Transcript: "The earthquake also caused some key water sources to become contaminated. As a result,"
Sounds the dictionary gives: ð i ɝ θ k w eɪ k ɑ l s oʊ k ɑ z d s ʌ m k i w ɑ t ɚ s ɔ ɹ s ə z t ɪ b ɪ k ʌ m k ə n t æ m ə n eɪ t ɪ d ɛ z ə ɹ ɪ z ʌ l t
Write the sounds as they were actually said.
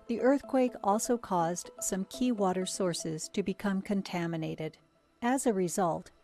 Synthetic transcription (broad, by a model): ð i ɝ θ k w eɪ k ɑ l s oʊ k ɑ z d s ʌ m k i w ɑ t ɚ s ɔ ɹ s ə z t ɪ b ɪ k ʌ m k ə n t æ m ə n eɪ t ɪ d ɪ z ə ɹ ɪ z ʌ l t